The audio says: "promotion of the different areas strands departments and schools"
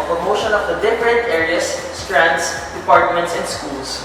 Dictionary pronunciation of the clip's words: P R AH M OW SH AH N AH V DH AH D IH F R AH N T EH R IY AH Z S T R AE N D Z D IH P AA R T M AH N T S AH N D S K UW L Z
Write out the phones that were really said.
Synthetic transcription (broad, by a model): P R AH M OW SH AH N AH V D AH D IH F R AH N T EH R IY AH S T R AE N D S D IH P AA R T M AH N T S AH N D S K UW L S